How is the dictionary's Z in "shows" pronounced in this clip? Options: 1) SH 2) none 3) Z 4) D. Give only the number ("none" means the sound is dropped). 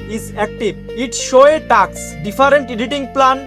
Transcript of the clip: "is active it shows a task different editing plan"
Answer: 2